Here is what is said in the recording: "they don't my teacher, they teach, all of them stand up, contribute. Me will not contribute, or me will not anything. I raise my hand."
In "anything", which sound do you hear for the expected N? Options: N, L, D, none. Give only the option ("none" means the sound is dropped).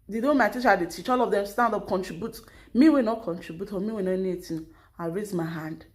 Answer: none